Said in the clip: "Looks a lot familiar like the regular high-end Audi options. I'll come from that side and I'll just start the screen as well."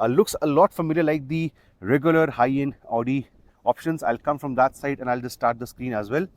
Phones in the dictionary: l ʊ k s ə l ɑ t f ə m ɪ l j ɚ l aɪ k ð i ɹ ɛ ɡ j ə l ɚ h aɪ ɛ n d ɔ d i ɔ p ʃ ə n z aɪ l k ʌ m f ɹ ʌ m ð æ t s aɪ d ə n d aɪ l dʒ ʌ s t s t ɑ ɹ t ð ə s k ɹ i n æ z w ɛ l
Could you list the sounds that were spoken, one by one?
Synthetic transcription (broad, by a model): l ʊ k s ə l ɑ t f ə m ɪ l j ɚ l aɪ k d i ɹ ɛ ɡ j ə l ɚ h aɪ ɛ n ɔ d i ɔ p ʃ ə n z aɪ l k ʌ m f ɹ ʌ m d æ t s aɪ d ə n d aɪ l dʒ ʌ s s t ɑ ɹ t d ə s k ɹ i n æ z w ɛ l